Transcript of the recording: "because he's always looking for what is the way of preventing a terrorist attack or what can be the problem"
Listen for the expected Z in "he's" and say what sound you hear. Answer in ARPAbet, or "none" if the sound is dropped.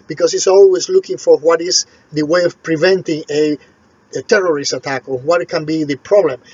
S